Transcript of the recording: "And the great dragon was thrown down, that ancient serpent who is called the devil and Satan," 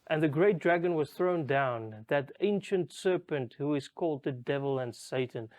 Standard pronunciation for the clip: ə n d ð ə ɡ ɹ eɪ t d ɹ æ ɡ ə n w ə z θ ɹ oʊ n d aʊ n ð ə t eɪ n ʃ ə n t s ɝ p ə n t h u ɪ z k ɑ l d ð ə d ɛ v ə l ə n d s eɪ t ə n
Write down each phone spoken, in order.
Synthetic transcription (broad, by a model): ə n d ð ə ɡ ɹ eɪ t d ɹ æ ɡ ə n w ə z θ ɹ oʊ n d aʊ n ð ə t eɪ n ʃ ə n t s ɝ p ə n t h u ɪ z k ɑ l d ð ə d ɛ v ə l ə n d s eɪ t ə n